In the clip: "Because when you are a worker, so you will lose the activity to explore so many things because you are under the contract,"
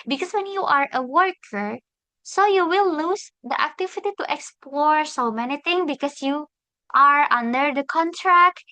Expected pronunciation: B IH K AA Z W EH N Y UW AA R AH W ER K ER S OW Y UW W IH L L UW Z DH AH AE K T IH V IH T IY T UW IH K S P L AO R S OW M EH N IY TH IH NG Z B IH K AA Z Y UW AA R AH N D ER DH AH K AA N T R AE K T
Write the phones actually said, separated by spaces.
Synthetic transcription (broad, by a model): B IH K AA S W EH N Y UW AA R AH W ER K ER S OW Y UW W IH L L UW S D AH AE K T IH V IH T IY T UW IH K S P L AO R S OW M EH N IY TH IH NG B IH K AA S Y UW AA R AH N D ER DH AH K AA N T R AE K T